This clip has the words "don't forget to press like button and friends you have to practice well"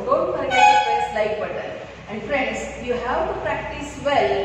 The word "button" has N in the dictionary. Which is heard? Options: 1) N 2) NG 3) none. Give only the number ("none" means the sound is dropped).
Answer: 3